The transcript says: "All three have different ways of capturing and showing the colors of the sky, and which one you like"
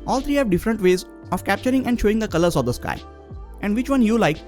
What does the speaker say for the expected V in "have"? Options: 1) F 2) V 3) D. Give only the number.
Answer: 2